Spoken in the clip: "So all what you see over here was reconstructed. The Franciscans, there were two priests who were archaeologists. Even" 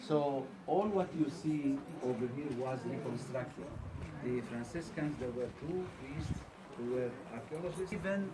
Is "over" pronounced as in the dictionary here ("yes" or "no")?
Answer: yes